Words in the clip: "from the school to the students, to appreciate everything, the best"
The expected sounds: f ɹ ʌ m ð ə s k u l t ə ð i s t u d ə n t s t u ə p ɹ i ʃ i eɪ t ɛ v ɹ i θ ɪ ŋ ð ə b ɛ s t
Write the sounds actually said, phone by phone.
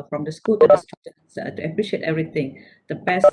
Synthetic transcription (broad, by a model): f ɹ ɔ m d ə s k u l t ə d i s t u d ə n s t u ə p ɹ i ʃ i eɪ t ɛ v ɹ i t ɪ ŋ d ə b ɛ s